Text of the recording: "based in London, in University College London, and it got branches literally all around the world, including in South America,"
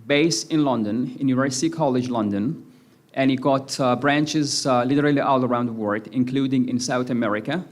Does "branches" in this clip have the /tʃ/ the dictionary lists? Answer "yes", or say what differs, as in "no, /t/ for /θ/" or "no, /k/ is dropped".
yes